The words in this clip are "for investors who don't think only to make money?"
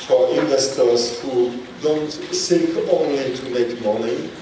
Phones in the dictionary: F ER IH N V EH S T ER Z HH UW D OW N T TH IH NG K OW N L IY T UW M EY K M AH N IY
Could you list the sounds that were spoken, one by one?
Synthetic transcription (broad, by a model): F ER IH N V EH S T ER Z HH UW D OW N T S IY K OW N L IY T UW M EY K M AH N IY